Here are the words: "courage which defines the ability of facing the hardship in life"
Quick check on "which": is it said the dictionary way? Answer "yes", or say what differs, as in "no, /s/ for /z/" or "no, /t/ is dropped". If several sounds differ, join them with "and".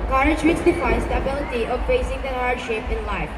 no, /s/ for /tʃ/